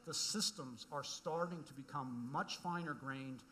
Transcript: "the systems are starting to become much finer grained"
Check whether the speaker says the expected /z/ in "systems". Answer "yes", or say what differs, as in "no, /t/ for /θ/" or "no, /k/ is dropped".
yes